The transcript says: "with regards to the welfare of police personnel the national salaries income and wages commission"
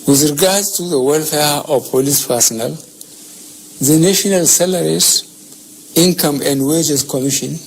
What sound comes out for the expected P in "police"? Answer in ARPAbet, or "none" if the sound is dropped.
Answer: P